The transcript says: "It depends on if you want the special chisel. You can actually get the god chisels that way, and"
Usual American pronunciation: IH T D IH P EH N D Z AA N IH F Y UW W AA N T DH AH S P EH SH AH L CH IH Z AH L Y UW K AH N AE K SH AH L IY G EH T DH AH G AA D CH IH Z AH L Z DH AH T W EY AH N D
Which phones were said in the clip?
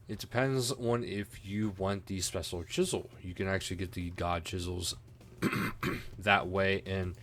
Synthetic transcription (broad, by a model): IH T D IH P EH N D Z N IH F Y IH W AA N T DH AH S P EH SH L CH IH Z L Y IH K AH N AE K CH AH L IY G EH T DH AH G AA D CH IH Z L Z DH AH T W EY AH N